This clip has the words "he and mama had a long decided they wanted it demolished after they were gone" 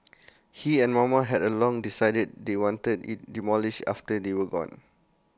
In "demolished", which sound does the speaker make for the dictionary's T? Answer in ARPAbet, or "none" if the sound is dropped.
none